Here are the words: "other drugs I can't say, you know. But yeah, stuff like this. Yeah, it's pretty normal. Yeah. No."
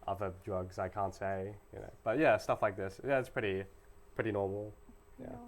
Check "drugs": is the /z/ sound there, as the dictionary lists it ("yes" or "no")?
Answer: yes